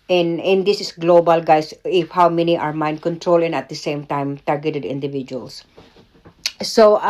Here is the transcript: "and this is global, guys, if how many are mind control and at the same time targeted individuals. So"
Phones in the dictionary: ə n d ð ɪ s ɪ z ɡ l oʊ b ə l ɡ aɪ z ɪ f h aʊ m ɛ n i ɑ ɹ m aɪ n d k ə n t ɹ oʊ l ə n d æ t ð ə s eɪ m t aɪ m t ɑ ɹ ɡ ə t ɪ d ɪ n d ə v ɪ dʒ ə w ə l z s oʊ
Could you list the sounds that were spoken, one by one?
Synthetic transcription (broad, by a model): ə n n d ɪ s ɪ s ɡ l oʊ b ə l ɡ aɪ s ɪ f h aʊ m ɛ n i ɑ ɹ m aɪ n d k ə n t ɹ oʊ l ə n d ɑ t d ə s eɪ m t aɪ m t ɑ ɹ ɡ ə t ɪ d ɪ n d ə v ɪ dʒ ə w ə l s s oʊ